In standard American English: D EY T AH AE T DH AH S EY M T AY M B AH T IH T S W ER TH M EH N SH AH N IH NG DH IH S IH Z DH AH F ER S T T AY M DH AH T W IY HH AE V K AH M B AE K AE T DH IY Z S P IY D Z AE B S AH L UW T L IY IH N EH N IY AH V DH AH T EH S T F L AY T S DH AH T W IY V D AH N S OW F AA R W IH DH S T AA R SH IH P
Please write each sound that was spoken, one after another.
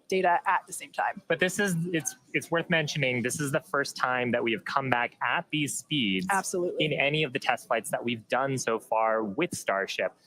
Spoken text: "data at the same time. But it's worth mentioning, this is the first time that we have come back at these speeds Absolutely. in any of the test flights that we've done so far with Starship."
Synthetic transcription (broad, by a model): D EY T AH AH T DH AH S EY M T AY M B AH T IH T S W ER TH M EH N SH AH N IH NG DH IH S IH Z DH AH F ER S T T AY M DH AH T W IY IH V K AH M B AE K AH T DH IY Z S P IY D Z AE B S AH L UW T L IH N EH N IY AH V DH AH T EH S T F L AY T S DH AH T W IY V D AH N S OW F AA R W IH DH S T AA R SH IH P